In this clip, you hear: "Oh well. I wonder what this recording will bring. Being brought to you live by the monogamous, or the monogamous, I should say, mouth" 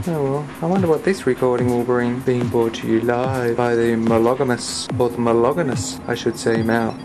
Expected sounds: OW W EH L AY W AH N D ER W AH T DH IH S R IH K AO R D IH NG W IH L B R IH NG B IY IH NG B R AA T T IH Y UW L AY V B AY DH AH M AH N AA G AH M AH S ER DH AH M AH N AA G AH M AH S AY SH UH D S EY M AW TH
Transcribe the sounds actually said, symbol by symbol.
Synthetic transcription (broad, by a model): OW W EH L AY W AH N D ER W AH T DH IH S R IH K AO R D IH NG W IH L B R IH NG B IY IH NG B AA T T IH Y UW L AY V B AY DH AH M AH L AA G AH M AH S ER DH AH M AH L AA G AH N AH S AY SH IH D S EY M AW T